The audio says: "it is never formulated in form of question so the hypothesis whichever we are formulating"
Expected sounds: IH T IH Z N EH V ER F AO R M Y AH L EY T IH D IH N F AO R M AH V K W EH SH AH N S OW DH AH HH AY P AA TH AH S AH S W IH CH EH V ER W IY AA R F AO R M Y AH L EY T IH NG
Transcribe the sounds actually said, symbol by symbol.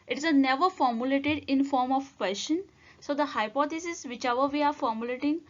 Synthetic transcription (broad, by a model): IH T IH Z N EH V ER F AO R M Y AH L EY T IH D IH N F AO R M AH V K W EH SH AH N S OW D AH HH AY P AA T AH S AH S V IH CH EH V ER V IY AA R F AO R M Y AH L EY T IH NG